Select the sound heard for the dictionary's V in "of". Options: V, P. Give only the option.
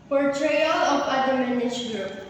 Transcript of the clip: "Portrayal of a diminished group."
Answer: P